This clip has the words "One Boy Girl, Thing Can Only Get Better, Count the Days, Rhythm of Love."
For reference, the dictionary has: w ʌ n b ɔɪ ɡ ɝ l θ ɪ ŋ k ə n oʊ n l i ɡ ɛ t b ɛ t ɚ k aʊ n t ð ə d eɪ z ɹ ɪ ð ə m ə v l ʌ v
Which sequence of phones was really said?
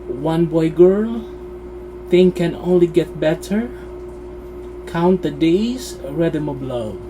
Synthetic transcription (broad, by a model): w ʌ n b ɔɪ ɡ ɝ l θ ɪ ŋ k ə n oʊ n l i ɡ ɛ t b ɛ t ɚ k aʊ n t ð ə d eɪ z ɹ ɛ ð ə m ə b l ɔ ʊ